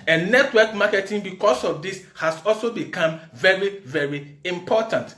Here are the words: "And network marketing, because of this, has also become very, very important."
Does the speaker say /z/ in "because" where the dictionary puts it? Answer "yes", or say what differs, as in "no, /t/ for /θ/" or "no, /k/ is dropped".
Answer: no, /s/ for /z/